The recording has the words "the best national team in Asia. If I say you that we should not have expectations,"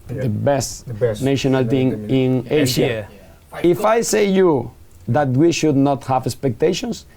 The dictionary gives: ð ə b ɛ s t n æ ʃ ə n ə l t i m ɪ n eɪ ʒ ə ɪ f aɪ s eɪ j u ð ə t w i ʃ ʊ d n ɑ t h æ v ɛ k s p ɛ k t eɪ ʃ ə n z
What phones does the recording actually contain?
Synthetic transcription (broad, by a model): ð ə b ɛ s t n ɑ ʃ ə n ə l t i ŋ ɪ n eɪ ʃ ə ɪ f aɪ s eɪ j u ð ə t w i ʃ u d n ɑ t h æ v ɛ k s p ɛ k t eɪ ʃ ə n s